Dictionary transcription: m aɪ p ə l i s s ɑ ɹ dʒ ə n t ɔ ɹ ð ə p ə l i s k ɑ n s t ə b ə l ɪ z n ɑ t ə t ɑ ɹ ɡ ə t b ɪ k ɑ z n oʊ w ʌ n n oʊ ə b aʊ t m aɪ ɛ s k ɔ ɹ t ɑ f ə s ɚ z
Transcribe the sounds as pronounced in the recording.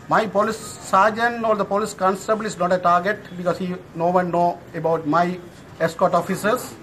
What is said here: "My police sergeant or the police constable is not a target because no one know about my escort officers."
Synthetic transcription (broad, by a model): m aɪ p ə l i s s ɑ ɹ dʒ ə n ɔ ɹ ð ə p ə l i s k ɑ n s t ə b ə l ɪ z n ɑ t ə t ɑ ɹ ɡ ə t b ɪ k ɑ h n oʊ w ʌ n n oʊ ə b aʊ t m aɪ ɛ s k ɔ t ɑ f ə s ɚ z